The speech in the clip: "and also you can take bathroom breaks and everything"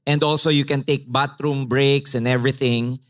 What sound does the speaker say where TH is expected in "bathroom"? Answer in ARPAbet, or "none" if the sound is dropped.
T